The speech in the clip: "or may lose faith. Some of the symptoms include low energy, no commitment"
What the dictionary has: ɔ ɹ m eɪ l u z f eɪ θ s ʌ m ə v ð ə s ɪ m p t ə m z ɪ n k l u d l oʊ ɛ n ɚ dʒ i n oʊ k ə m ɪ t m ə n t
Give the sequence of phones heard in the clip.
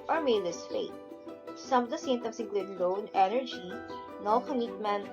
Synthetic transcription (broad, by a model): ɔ ɹ m eɪ l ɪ s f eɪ t s ʌ m ə v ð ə s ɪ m t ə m s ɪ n k l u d l oʊ ɛ n ɚ dʒ i n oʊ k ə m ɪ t m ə n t